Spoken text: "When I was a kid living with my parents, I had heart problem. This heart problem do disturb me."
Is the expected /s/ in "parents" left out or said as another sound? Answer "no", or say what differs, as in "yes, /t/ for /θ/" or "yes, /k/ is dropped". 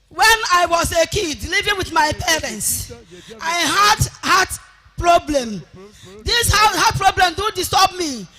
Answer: no